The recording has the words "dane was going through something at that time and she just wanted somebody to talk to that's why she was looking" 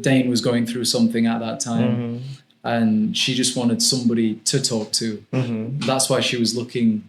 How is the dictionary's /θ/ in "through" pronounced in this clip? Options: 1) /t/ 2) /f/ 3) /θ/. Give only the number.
3